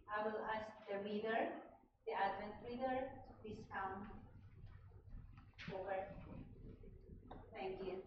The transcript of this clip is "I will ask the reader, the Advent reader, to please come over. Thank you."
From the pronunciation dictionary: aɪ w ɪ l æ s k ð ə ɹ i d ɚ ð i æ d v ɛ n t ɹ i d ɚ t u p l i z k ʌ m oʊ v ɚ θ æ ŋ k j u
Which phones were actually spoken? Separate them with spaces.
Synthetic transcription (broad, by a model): aɪ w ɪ l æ s k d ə ɹ i d ɚ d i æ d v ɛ n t ɹ i d ɚ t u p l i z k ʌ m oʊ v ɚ t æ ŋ k j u